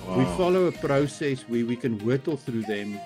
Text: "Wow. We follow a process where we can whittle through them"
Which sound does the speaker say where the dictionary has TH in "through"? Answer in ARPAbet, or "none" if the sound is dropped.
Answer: TH